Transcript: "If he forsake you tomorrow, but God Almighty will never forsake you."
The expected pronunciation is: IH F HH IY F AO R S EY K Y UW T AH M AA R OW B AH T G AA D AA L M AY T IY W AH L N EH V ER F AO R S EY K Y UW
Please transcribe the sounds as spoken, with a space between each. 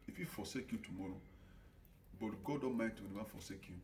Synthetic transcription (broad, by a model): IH F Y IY F AO S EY K Y UW T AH M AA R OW B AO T G AA D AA M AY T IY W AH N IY W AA F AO S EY K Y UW